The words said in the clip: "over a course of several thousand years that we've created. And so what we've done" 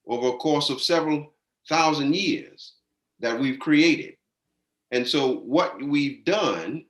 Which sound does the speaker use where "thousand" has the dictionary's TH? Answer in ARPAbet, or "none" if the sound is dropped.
TH